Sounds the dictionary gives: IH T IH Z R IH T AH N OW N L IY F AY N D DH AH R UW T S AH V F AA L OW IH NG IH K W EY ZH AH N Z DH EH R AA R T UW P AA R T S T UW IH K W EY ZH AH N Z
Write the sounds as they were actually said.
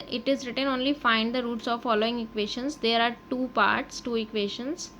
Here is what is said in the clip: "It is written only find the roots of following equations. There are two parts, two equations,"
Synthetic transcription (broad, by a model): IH T IH Z R IH T AH N OW N L IY F AY N D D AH R UW T S AH V F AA L OW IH NG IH K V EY SH AH N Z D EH R AA R T UW P AA R T S T UW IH K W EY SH AH N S